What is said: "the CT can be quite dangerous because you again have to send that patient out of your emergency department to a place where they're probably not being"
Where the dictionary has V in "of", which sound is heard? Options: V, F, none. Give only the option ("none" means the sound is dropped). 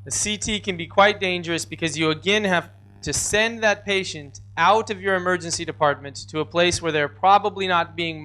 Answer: V